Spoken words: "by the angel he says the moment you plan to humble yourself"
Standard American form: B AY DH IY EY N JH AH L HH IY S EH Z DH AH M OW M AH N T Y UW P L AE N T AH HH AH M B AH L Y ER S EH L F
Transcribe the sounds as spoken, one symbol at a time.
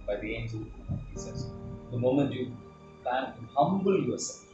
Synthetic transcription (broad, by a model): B AY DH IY EY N Z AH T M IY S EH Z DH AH M OW M AH N T Y UW P L AE N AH HH AH M B AH L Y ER S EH L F